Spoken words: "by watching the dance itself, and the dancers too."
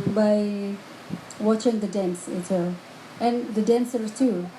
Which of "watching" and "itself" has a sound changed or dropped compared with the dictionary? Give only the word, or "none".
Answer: itself